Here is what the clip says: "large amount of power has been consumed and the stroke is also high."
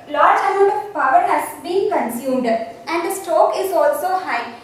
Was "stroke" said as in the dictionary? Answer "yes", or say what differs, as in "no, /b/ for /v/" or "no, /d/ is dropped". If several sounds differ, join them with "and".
no, /ɹ/ is dropped